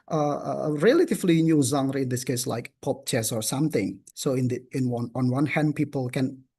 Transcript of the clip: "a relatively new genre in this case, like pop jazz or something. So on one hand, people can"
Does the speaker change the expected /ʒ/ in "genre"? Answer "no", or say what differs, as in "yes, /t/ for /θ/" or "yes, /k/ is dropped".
yes, /z/ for /ʒ/